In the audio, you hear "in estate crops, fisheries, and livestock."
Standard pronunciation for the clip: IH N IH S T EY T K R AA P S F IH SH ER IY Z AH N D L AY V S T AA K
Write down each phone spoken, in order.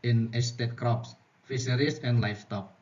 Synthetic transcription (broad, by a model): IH N IH S T EY T K R AA P S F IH S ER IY S AH N D L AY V T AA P